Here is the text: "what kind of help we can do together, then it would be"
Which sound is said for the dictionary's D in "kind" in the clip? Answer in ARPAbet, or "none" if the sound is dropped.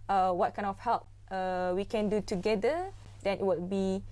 none